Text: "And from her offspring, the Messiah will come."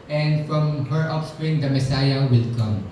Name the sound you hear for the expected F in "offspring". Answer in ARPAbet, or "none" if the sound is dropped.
P